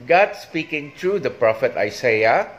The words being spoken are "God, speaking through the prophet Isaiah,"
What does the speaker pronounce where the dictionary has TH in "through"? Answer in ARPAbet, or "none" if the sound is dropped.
T